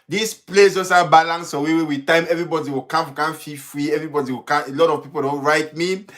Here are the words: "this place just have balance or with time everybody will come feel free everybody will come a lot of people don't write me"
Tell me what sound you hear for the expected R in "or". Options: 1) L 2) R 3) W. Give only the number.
3